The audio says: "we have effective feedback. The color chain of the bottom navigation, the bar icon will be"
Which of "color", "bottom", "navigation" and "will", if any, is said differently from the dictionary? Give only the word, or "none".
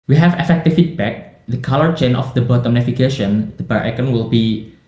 navigation